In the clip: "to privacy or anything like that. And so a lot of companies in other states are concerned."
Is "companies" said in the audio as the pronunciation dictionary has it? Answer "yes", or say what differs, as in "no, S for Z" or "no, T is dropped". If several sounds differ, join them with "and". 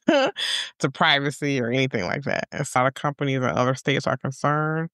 yes